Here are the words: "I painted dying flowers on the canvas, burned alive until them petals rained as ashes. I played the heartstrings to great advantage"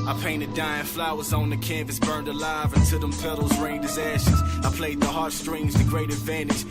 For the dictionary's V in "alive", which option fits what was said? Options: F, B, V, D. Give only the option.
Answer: V